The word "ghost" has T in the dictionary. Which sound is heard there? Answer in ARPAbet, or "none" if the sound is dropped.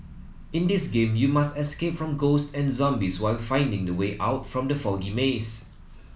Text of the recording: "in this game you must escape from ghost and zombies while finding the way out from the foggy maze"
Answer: T